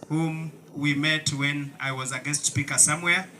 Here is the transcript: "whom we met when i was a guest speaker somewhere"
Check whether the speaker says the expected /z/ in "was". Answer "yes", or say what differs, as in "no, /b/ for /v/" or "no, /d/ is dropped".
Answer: yes